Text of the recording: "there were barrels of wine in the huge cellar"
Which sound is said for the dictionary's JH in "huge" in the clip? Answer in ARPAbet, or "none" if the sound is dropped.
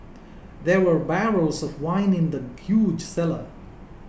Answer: JH